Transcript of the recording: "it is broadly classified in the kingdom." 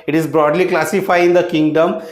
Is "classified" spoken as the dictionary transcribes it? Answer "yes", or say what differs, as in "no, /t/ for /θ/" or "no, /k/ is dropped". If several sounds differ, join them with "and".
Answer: no, /d/ is dropped